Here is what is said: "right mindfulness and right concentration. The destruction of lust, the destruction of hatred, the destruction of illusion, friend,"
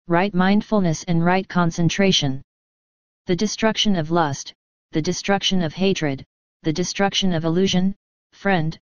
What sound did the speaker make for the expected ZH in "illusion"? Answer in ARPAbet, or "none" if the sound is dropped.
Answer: ZH